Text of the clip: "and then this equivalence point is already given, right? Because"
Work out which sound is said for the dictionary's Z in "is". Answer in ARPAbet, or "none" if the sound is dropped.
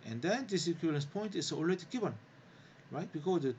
S